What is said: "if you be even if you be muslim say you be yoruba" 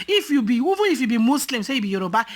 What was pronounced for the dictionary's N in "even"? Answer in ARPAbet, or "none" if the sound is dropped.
none